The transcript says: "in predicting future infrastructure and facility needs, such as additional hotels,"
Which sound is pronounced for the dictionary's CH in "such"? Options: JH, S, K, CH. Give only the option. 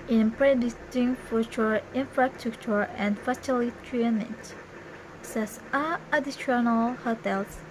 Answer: S